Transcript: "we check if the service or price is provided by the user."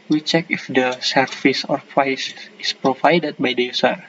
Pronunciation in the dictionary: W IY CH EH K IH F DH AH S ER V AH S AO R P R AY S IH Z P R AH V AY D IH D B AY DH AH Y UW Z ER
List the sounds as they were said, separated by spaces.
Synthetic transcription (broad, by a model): W IY CH EH K IH F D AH S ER F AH S AO R P R AY S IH S P R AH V AY D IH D B AY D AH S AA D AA